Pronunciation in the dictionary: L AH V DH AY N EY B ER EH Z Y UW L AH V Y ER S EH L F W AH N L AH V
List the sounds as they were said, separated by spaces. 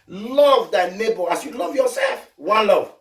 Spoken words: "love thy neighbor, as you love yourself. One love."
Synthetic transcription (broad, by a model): L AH V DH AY N EY B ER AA S Y UW L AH V Y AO S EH L F W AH N L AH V